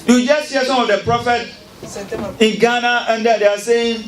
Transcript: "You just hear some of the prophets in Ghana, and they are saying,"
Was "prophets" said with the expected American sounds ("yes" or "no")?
no